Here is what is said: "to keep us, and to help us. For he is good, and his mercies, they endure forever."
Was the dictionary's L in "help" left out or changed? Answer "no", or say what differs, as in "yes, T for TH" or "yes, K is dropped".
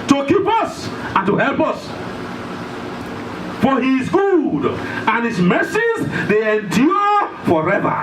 no